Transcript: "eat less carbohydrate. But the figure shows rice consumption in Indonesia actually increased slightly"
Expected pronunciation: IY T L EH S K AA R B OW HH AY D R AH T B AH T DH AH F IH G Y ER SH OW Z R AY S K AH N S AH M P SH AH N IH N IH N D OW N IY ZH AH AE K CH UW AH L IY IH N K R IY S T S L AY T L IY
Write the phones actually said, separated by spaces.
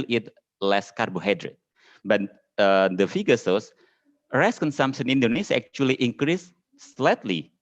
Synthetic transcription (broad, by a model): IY T L EH S K AA R B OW HH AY D R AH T B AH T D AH F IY G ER S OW S R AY S K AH N S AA M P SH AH N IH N N D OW N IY S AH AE K CH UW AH L IY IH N K R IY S S L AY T L IY